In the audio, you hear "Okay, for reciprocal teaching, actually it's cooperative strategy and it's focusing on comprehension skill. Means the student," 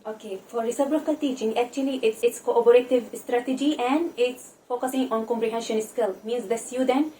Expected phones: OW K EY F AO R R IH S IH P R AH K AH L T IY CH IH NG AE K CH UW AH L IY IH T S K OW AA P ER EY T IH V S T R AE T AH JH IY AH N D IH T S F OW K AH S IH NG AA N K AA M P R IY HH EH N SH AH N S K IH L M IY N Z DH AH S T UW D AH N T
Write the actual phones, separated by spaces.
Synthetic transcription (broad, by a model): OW K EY F AO R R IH S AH B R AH K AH L T IY CH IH NG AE K CH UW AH L IY IH T S K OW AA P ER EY T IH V S T R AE T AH JH IY AH N D IH T S F OW K AH S IH NG AA N K AA M P R IY HH EH N SH AH N S K IH L M IY N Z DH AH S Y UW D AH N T